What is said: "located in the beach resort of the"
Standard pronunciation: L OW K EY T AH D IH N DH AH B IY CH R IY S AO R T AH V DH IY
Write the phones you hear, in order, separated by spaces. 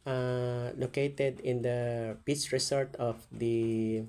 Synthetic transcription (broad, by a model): L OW K EY T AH D IH N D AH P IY S R IY S AO R T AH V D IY